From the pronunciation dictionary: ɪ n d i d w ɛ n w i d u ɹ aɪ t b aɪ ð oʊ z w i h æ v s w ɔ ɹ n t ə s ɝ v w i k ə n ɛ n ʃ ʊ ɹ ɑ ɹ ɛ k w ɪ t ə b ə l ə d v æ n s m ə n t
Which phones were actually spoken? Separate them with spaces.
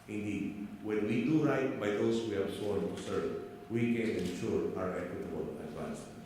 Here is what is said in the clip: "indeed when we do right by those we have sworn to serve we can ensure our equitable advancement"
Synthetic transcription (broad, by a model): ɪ n d i d w ɛ n w i d u ɹ aɪ t b aɪ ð oʊ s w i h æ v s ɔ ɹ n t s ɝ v w i k ə n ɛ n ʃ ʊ ɹ ɑ ɹ ɛ k w ɪ t ə b ə l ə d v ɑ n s